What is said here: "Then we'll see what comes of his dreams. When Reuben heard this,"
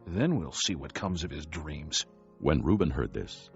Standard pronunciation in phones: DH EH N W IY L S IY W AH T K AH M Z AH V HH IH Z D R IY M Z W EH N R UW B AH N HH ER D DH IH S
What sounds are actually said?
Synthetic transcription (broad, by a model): DH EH N W IY L S IY W AH T K AH M Z AH V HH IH Z D R IY M Z W EH N R UW B AH N HH ER D DH IH S